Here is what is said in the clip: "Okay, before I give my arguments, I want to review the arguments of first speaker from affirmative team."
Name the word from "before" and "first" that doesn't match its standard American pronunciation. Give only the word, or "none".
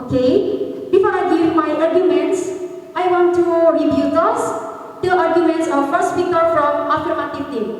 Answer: none